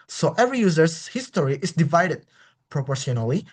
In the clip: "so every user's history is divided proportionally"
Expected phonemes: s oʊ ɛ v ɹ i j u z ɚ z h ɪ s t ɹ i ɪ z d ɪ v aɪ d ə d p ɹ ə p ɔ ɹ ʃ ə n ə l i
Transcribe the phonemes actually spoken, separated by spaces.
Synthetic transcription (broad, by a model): s oʊ ɛ v ɹ i j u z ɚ s h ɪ s t ɹ i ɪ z d ɪ v aɪ d ə d p ɹ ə p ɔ ɹ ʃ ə n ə l i